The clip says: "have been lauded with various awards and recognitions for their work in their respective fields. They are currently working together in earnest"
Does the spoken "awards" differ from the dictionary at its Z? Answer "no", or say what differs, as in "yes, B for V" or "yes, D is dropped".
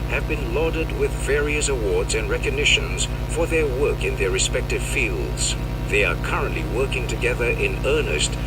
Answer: no